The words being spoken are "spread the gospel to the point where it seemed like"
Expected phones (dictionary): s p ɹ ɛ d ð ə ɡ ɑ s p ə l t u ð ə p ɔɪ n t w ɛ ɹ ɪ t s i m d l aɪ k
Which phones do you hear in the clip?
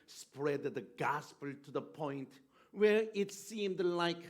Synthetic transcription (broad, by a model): s p ɹ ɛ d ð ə ɡ ɑ s p ə l t u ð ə p ɔɪ n t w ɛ ɹ ɪ t s i m d l aɪ k